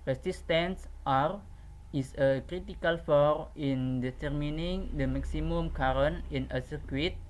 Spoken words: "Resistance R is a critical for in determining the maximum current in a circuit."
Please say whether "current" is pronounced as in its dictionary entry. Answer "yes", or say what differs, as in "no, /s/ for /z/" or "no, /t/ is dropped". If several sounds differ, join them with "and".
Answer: no, /t/ is dropped